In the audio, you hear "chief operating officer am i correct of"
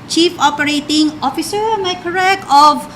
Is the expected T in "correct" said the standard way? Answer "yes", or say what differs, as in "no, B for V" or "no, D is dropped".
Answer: no, T is dropped